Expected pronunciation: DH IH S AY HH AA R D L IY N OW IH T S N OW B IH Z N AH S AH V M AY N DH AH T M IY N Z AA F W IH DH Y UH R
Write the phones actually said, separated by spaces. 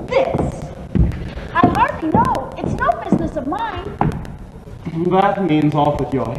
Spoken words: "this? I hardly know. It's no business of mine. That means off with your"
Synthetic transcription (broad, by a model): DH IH S AY HH AA R D L IY N OW IH T S N OW B IH Z N AH S AH V M AY N DH AH T M IY N Z AA F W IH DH Y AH R